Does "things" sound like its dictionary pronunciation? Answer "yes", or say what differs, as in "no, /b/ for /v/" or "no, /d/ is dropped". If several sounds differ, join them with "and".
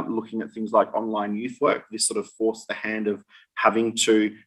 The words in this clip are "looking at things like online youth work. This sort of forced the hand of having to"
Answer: yes